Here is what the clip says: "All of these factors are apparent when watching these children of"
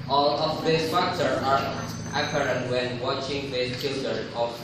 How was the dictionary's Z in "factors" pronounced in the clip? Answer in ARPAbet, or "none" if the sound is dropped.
none